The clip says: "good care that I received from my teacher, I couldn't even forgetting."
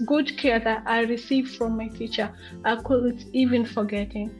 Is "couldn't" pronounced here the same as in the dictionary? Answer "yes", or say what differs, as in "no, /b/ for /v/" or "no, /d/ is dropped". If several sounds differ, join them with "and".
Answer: no, /l/ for /n/